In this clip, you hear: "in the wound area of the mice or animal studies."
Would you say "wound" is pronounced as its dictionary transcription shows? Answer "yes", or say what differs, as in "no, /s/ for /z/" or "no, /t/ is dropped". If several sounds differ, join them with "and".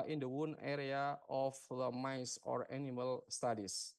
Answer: no, /d/ is dropped